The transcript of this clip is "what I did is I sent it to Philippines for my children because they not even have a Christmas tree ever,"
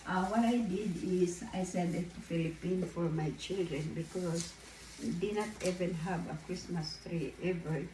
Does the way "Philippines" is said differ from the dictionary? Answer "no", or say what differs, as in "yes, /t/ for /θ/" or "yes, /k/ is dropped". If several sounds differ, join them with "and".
yes, /z/ is dropped